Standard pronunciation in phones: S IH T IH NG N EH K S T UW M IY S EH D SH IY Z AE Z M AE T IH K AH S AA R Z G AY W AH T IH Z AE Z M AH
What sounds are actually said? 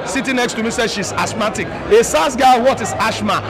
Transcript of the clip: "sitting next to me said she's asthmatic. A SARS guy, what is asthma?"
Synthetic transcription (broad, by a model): S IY T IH N EH K S T UW M IY S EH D SH IY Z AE S M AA T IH K AH S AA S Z G AY W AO T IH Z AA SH M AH